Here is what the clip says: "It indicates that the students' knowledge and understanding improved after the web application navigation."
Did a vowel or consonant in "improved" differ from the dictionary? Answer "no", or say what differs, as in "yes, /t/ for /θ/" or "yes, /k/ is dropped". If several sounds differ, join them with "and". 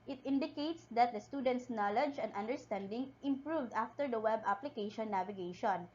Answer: no